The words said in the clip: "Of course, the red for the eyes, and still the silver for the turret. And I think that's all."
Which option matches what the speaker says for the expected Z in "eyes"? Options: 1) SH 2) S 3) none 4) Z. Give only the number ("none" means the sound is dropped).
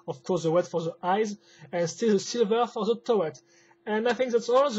4